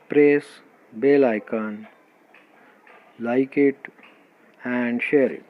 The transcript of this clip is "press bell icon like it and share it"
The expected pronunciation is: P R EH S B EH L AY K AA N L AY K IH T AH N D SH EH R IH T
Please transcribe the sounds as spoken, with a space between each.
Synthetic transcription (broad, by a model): P R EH S B EH L AY K AA N L AY K IH T AH N D SH EH R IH T